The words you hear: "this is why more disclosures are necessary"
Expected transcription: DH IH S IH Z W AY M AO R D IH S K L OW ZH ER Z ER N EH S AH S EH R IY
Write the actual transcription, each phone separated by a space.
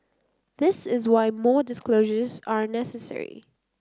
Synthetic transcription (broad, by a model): DH IH S IH Z W AY M AO R D IH S K L OW ZH ER Z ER N EH S AH S EH R IY